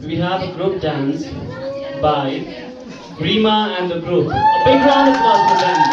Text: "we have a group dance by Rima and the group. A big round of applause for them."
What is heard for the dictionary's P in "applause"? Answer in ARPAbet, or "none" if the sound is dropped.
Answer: none